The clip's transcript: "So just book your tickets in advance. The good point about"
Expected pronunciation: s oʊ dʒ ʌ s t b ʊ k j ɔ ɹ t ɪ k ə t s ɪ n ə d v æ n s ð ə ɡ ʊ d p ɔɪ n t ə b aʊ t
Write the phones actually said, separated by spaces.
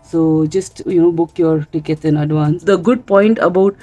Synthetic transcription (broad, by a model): s oʊ dʒ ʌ s t b ʊ k j ɔ ɹ t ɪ k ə t ɪ n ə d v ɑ n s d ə ɡ ʊ d p ɔɪ n t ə b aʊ t